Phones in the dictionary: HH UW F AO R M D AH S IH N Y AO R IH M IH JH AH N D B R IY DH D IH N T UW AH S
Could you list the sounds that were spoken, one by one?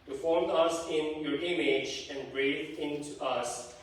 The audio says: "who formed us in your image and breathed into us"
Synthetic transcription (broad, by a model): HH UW F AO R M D AH S IH N Y AO R IH M IH JH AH N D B R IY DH IH N T UW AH S